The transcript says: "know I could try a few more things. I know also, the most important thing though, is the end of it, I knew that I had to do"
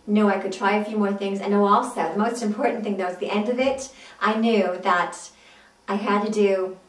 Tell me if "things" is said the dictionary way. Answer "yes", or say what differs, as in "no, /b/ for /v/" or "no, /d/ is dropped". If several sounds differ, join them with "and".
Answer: yes